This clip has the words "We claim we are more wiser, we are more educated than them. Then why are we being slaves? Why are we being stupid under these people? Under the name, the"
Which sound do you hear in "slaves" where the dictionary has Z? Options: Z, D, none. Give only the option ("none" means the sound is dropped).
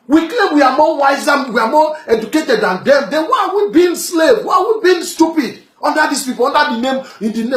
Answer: none